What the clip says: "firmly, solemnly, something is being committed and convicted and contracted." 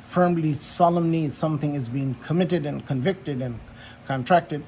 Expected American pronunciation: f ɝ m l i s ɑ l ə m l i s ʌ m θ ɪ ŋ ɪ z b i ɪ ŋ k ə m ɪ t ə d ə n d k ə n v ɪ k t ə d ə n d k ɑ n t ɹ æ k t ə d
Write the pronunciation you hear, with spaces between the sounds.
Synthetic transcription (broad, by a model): f ɝ m l i s ɑ l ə m n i s ʌ m θ ɪ ŋ ɪ z b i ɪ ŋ k ə m ɪ t ə d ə n k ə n v ɪ k t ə d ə n k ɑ n t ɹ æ k t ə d